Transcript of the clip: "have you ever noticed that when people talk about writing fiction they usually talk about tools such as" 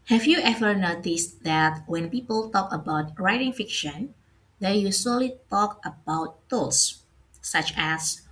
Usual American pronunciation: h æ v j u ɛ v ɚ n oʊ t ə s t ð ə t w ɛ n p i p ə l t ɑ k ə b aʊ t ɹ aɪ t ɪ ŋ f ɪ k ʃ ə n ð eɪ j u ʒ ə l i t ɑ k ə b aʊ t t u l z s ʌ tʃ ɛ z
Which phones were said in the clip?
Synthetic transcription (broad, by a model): h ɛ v j u ɛ v ɚ n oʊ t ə s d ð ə t w ɛ n p i p ə l t ɑ k ə b aʊ t ɹ aɪ t ɪ ŋ f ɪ k ʃ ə n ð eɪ j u s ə l i t ɑ k ə b aʊ t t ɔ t s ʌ tʃ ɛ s